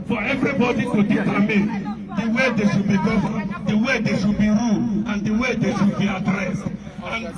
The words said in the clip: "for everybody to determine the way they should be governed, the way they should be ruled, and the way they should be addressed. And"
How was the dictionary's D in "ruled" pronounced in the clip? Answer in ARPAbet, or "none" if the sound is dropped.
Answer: none